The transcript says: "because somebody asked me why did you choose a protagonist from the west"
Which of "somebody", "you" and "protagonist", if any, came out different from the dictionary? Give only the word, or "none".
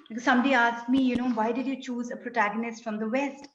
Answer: none